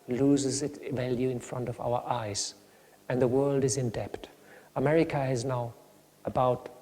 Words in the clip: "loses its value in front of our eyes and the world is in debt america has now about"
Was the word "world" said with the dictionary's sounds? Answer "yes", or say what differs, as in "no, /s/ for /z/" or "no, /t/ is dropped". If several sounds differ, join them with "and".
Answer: yes